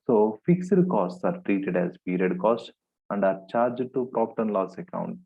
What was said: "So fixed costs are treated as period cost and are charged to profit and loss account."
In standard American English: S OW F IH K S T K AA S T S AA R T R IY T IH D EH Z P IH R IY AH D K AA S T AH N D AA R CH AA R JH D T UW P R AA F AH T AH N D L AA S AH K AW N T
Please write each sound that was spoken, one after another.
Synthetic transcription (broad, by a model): S OW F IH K S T K AA S T S AA R T R IY T IH D EH Z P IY R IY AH D K AA S T AH N D AA R CH AA R JH D T UW P R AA P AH T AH N L AA S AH K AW N T